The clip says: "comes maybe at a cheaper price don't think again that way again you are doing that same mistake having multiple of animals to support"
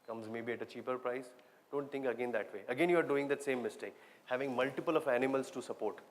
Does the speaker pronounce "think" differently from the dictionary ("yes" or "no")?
yes